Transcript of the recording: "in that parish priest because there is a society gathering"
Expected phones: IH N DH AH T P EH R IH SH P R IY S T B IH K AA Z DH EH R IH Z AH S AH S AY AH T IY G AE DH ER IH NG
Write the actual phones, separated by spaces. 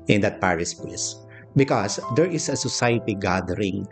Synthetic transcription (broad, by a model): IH N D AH T P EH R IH S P L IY S B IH K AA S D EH R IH S AH S AH S AY AH T IY G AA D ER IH NG